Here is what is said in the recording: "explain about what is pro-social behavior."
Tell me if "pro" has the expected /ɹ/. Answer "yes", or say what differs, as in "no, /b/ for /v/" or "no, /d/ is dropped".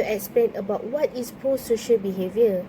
no, /ɹ/ is dropped